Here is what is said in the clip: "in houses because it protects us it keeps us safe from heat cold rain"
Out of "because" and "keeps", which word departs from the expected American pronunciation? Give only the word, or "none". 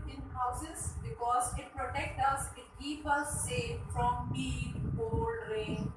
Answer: keeps